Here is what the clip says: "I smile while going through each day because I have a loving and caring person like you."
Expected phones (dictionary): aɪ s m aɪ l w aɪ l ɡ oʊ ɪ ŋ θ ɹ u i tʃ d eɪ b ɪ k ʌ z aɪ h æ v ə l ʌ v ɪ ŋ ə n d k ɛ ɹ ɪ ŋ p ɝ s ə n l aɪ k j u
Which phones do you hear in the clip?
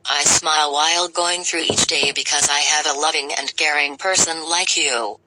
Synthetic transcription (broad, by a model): aɪ s m aɪ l w aɪ l ɡ oʊ ɪ ŋ θ ɹ u i tʃ d eɪ b ɪ k ʌ z aɪ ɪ v ə l ʌ v ɪ ŋ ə n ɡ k ɛ ɹ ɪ ŋ p ɝ s ə n l aɪ k j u